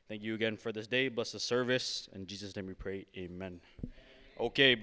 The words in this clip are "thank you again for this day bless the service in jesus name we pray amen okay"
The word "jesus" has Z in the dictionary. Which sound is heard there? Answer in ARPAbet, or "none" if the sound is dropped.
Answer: Z